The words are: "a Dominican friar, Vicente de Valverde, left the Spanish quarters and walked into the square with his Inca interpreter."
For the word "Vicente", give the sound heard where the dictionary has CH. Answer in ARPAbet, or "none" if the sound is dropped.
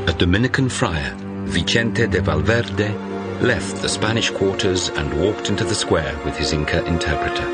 CH